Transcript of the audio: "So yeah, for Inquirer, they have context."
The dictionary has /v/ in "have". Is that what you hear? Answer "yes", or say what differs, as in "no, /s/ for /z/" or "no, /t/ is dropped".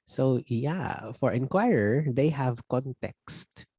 yes